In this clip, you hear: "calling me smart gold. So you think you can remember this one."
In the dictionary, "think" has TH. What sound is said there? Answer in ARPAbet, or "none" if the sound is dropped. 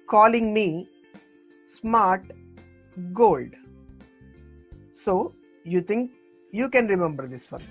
T